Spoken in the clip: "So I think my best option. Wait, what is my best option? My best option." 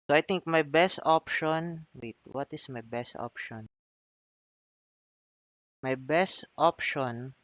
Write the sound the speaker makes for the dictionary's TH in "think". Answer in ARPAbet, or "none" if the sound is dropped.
T